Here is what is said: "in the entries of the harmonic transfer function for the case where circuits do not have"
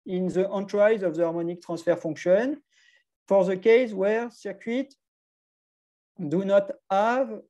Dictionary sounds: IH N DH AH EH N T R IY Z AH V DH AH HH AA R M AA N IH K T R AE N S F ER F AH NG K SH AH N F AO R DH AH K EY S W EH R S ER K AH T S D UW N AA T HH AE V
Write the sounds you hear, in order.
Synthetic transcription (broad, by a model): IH N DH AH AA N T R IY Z AH V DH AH AA R M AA N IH K T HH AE S F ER F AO K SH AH N F AO R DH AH K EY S W EH R S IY K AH T D UW N AA T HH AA V